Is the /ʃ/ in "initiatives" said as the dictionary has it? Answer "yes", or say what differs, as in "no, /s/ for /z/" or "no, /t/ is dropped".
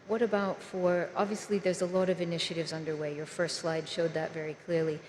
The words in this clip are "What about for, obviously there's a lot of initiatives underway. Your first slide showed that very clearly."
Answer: yes